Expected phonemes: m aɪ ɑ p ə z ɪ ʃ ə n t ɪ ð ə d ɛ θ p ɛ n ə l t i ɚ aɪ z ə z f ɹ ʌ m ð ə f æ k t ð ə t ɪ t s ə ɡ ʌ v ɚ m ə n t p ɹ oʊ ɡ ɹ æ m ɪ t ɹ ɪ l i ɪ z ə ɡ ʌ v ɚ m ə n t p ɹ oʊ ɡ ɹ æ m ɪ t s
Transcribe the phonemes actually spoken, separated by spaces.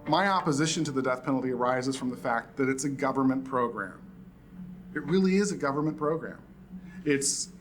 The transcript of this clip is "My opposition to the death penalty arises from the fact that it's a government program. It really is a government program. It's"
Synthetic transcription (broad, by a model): m aɪ ɑ p ə z ɪ ʃ ə n t ɪ ð ə d ɛ θ p ɛ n l t i ɚ aɪ z ə z f ɹ ʌ m ð ə f æ k t ð ə t ɪ t s ə ɡ ʌ v ɚ m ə n p ɹ oʊ ɡ ɹ æ m ɪ t ɹ ɪ l i ɪ z ə ɡ ʌ v ɚ m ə n p ɹ oʊ ɡ ɹ æ m ɪ t s